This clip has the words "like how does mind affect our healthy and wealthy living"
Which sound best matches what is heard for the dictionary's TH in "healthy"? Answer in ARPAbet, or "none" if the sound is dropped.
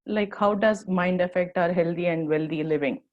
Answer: T